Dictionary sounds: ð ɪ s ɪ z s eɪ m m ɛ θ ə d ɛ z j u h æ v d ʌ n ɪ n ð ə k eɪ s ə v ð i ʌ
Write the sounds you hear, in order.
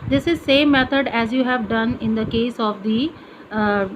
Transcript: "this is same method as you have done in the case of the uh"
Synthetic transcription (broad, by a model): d ɪ s ɪ z s eɪ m m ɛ t ə d ɛ z j u h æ v d ʌ n ɪ n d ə k eɪ s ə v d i